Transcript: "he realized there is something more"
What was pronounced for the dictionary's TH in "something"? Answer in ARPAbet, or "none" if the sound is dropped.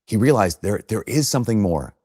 TH